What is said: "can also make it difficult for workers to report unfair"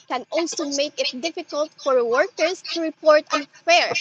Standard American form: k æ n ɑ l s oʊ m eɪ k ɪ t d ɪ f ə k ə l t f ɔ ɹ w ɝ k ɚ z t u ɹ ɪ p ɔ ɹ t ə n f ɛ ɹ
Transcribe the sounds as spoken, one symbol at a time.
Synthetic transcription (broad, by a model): k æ n ɑ l s oʊ m eɪ k ɪ t d ɪ f ə k ə l t f ɔ ɹ w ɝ k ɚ s t u ɹ ɪ p ɔ ɹ t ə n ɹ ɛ ɹ